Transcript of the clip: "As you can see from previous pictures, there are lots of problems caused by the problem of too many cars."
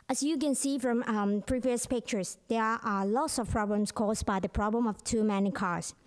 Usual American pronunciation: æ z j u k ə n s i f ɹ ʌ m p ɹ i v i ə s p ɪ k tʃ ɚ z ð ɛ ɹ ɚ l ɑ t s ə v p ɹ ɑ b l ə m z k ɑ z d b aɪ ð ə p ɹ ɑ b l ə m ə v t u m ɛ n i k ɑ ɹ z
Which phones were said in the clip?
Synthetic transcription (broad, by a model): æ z j u k ə n s i f ɹ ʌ m p ɹ i v i ə s p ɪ k tʃ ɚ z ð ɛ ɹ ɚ l ɑ t s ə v p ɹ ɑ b l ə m s k ɑ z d b aɪ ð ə p ɹ ɑ b l ə m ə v t u m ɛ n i k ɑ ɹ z